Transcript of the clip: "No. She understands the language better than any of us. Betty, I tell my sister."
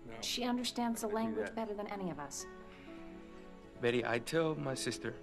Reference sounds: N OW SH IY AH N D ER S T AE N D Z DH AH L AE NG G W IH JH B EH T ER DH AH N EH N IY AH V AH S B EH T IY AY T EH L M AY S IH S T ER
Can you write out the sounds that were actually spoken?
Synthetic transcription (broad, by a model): SH IY AH N D ER S T AE N D Z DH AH L AE NG G W IH JH B EH T ER DH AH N EH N IY AH V AH S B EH T IY AY T EH L M AY S IH S T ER